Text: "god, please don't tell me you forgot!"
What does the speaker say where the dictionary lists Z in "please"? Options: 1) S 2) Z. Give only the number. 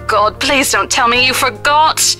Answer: 2